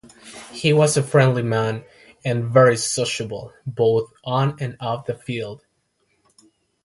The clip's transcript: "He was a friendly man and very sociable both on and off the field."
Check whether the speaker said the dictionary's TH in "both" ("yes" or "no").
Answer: yes